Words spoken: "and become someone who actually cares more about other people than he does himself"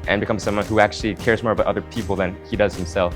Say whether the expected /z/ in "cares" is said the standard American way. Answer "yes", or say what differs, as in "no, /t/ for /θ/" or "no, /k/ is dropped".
yes